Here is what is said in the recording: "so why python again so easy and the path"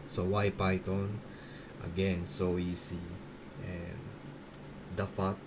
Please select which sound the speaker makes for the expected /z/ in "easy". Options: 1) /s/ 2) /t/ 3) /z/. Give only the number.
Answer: 1